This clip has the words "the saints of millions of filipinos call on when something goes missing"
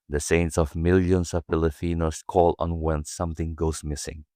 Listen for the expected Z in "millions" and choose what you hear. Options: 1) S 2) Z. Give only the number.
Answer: 1